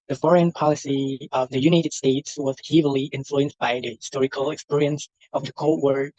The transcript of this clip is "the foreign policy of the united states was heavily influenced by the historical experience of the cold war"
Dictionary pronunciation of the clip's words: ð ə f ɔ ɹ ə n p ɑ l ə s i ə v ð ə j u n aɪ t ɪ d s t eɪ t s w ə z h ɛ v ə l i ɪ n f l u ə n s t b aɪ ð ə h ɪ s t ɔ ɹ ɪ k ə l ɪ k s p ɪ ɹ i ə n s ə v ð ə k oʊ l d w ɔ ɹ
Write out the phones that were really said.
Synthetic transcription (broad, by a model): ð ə f ɔ ɹ ə n p ɑ l ə s i ə v ð ə j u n aɪ t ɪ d s t eɪ t s w ə z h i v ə l i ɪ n f l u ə n s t b aɪ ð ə h ɪ s t ɔ ɹ ɪ k ə l ɪ k s p ɪ ɹ i ə n s ə v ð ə k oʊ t w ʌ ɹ